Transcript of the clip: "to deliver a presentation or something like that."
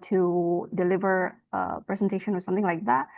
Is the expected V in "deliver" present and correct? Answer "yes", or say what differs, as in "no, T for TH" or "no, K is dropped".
yes